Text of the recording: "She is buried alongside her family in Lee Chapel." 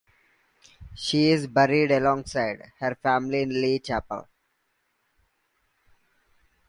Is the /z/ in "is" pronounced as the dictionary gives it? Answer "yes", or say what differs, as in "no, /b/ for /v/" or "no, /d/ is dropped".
yes